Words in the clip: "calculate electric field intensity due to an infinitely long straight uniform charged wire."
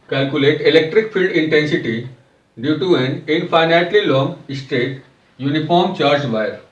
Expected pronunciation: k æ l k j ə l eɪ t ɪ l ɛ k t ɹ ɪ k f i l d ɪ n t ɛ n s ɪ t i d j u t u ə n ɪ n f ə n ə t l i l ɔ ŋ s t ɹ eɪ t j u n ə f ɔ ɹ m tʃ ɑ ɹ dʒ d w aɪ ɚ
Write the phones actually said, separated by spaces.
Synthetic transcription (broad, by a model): k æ l k j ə l eɪ t ɪ l ɛ k t ɹ ɪ k f i l d ɪ n t ɛ n s ɪ t i d j u t u ə n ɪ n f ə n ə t l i l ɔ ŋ s t eɪ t j u n ə f ɔ ɹ m tʃ ɑ ɹ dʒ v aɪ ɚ